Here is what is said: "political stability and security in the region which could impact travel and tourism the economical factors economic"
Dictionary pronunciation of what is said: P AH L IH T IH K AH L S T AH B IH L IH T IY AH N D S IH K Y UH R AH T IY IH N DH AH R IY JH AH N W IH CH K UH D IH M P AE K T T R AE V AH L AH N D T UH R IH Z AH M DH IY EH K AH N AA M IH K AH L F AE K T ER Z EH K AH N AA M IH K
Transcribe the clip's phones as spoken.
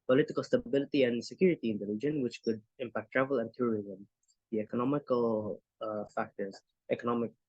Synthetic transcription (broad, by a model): P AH L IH T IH K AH L S T AH B IH L IH T IY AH N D S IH K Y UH R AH T IY IH N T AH L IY JH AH N W IH CH K UH D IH M P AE K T T R AE V AH L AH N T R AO R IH Z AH M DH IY EH K AH N AA M IH K AH L F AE K T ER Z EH K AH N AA M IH K